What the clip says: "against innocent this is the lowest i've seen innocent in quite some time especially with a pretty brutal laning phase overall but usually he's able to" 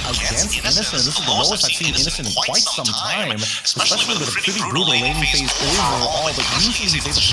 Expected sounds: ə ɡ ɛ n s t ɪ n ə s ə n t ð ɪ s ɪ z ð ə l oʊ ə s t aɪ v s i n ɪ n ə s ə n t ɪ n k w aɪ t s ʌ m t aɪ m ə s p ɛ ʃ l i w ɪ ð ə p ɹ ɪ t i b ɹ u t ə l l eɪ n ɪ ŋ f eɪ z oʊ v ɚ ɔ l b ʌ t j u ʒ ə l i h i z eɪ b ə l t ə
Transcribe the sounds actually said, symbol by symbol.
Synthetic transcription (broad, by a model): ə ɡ ɛ n s t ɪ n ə s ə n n ð ɪ s ɪ z ð ə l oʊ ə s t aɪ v s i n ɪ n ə s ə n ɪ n k w aɪ t s ʌ m t aɪ m ə s p ɛ ʃ l i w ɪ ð ə p ɹ ɪ t i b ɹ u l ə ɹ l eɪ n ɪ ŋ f eɪ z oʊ ɚ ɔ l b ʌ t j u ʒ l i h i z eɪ ə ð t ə